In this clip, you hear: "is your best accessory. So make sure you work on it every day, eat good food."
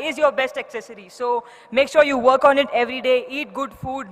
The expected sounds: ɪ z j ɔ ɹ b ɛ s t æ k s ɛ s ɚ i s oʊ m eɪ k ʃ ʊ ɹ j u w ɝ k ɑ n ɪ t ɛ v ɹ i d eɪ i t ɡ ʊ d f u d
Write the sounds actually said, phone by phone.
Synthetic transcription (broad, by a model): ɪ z j ɔ ɹ b ɛ s t æ k s ɛ s ɚ i s oʊ m eɪ k ʃ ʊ ɹ j u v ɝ k ɑ n ɪ t ɛ v ɹ i d eɪ i t ɡ ʊ d f u d